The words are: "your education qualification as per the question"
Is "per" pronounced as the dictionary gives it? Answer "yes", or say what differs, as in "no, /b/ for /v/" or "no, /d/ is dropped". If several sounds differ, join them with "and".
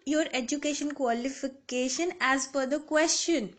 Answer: no, /f/ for /p/